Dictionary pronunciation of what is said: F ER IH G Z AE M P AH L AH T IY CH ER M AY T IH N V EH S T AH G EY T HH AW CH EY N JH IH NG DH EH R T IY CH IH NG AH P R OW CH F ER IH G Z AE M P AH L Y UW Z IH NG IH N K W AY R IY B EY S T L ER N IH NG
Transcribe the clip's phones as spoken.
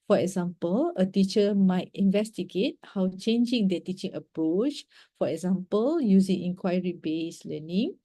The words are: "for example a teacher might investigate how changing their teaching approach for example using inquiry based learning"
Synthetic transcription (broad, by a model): F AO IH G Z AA M P AH L AH T IY CH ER M AY T IH N V EH S T AH G EY T HH AW CH EY N JH IH NG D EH T IY CH IH NG AH P R OW CH F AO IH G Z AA M P AH L Y UW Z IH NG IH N K W AY R IY B EY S L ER N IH NG